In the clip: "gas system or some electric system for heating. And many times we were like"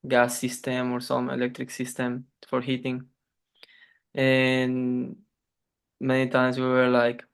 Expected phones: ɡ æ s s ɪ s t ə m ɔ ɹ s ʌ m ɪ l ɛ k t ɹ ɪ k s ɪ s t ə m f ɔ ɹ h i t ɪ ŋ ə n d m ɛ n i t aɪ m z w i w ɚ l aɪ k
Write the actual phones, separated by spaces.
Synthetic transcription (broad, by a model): ɡ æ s s ɪ s t ə m ɔ ɹ s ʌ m ɪ l ɛ k t ɹ ɪ k s ɪ s t ə m f ɔ ɹ h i t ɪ ŋ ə n m ɛ n i t aɪ m s w i w ɚ l aɪ k